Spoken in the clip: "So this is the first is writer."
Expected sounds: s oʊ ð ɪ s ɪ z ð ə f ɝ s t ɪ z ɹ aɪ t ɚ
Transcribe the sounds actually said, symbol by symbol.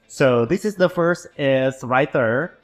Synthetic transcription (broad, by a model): s oʊ ð ɪ s ɪ z ð ə f ɝ s t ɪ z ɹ aɪ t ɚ